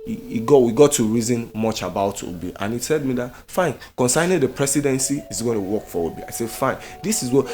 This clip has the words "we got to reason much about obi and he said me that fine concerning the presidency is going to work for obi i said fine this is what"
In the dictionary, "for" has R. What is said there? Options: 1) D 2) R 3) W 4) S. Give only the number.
3